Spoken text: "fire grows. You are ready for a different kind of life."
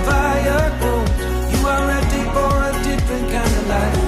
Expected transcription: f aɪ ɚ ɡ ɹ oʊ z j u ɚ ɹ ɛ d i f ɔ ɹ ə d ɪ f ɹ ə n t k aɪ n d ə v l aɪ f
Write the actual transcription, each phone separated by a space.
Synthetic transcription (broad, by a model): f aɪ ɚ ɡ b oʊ j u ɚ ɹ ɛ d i f ɔ ɹ ə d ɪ f ɹ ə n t k aɪ n d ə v l aɪ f